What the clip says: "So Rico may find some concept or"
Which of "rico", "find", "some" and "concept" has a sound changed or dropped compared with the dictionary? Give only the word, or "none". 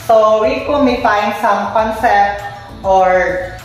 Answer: rico